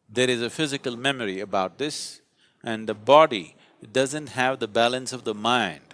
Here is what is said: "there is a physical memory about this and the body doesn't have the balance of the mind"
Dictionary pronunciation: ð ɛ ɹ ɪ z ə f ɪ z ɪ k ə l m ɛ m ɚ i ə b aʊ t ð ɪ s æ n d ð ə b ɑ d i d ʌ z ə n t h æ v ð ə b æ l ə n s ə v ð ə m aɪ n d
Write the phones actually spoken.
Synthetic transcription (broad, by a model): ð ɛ ɹ ɪ z ə f ɪ z ɪ k ə l m ɛ m ɚ i ə b aʊ t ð ɪ s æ n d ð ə b ɑ d i d ʌ z ə n t h æ v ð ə b æ l ə n s ə v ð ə m aɪ n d